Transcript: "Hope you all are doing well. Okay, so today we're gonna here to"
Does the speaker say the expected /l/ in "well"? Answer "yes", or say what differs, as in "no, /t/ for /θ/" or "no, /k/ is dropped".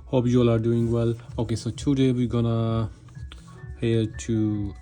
yes